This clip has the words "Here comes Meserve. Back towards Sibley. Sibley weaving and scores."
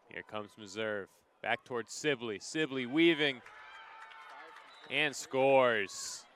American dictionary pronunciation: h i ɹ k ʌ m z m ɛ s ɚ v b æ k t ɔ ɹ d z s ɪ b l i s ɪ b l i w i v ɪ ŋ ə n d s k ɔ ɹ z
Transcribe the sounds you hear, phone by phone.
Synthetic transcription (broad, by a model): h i ɹ k ʌ m z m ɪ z ɚ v b æ k t ɔ ɹ d z s ɪ b l i s ɪ b l i w i v ɪ ŋ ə n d s k ɔ ɹ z